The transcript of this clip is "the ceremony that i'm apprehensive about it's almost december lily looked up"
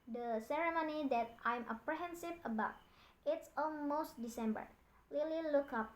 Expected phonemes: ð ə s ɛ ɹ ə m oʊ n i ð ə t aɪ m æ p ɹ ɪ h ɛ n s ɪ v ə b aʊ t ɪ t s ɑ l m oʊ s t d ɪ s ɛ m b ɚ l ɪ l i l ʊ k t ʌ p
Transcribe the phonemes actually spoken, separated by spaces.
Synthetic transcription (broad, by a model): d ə s ɛ ɹ ə m oʊ n i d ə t aɪ m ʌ p ɹ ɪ h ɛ n s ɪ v ə b aʊ t ɪ t s ɑ l m oʊ s t d ɪ s ɛ m b ɚ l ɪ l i l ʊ k ʌ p